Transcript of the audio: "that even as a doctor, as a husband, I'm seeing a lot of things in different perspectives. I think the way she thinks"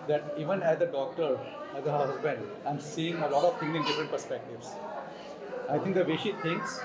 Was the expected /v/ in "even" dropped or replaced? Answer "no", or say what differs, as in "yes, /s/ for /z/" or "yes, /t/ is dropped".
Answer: no